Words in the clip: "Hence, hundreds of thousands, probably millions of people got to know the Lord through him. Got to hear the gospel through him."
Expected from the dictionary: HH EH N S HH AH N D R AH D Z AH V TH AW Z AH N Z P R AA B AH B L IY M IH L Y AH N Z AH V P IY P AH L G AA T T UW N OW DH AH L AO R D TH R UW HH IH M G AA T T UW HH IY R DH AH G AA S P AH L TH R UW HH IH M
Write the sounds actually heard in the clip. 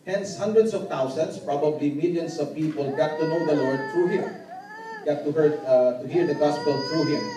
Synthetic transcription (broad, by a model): HH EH N S HH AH N D R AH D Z AH V T AW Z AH N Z P R AA B AH B L IY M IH L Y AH N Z AH V P IY P AH L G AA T T UW N OW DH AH L AO R D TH R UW HH IH M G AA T T UW HH IY R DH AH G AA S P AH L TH R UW HH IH M